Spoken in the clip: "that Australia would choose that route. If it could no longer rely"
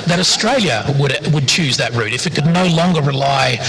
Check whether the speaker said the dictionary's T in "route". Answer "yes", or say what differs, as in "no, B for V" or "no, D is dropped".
yes